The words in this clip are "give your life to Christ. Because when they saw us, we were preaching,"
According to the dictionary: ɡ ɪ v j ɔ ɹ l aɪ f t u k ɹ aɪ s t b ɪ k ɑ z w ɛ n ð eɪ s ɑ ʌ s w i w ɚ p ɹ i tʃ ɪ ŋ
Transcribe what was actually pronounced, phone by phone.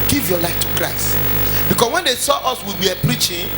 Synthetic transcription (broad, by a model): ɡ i v j ɔ l aɪ f t u k ɹ aɪ s t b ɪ k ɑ s w ɛ n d eɪ s ɑ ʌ s w i w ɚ p ɹ i tʃ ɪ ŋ